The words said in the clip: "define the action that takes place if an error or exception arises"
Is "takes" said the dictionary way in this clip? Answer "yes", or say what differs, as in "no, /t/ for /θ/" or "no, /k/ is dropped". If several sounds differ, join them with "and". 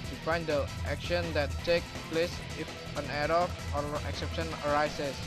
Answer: no, /s/ is dropped